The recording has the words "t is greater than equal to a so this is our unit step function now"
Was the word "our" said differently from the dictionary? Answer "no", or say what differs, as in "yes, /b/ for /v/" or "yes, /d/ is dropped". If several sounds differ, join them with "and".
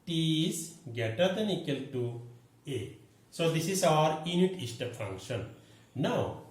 no